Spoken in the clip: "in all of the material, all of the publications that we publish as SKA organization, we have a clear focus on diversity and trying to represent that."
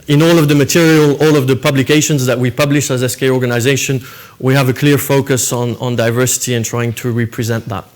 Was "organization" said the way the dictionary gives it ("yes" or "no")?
yes